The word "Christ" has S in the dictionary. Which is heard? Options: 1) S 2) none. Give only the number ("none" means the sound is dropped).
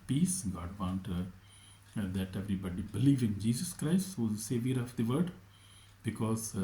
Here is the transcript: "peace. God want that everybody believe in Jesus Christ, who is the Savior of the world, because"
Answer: 1